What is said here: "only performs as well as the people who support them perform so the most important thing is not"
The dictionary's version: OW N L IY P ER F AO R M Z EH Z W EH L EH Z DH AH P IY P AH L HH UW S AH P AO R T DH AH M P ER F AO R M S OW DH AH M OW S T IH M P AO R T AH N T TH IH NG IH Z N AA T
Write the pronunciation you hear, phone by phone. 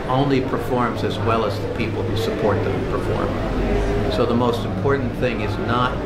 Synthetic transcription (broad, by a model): OW N L IY P ER F AO R M Z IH Z W EH L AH Z DH AH P IY P L HH UW S AH P AO R T DH AH M P ER F AO R M S OW DH AH M OW S T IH M P AO R T N TH IH NG IH Z N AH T